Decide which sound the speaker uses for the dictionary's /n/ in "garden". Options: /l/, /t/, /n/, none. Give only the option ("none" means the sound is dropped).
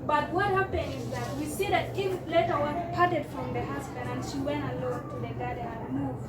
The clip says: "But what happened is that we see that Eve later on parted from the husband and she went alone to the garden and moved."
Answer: none